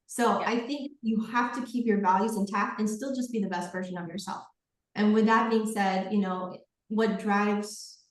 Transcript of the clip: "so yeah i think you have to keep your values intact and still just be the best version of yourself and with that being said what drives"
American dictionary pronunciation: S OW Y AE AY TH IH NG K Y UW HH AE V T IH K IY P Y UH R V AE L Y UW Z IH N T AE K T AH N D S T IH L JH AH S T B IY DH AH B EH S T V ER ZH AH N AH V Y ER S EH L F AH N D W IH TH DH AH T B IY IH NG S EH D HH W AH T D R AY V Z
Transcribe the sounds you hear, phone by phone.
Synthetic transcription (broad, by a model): S OW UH AY TH IH NG K Y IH HH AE F T IH K IY P Y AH R V AE L Y UW Z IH N T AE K AH N S T IH L JH AH S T B IY DH AH B EH S T V ER ZH AH N AH V Y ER S EH L F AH N W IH DH AH T B IY IH NG S EH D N W AH T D R AY V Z